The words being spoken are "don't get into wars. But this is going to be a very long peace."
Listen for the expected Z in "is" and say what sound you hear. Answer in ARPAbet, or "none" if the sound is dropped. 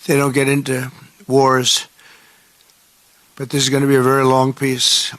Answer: Z